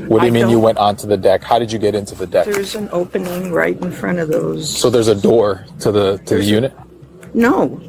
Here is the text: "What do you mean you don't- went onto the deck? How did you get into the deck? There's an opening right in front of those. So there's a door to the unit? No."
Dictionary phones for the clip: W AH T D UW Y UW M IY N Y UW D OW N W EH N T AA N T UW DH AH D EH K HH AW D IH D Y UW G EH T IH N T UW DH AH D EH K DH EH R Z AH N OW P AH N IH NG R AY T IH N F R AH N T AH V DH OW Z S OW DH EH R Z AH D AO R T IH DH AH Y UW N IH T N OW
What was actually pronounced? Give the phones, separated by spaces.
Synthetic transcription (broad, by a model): W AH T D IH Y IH M IY N Y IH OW W EH N T N T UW DH AH D EH K HH AW D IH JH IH G EH T IH N T UW DH AH D EH K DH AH R Z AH N OW P AH N IH NG R AY T N F R AH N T AH V DH OW Z S OW DH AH R Z AH D AO R T IH DH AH Y UW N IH T N OW